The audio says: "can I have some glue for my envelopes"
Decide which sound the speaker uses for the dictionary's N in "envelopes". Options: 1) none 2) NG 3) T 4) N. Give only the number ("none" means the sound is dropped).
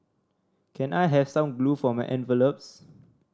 4